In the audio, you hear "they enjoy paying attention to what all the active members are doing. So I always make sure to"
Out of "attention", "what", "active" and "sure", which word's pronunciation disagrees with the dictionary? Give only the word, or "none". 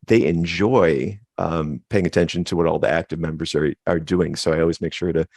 none